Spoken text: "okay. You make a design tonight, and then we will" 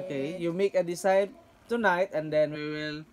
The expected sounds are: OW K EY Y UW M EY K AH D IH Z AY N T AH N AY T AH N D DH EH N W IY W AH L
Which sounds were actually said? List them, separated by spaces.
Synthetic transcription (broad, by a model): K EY Y UW M EY K AH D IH S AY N T AH N AY T AH N D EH N W IY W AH L